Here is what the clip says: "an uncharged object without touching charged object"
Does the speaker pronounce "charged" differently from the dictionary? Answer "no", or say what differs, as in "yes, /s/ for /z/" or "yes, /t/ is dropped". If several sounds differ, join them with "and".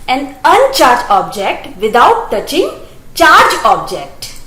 yes, /d/ is dropped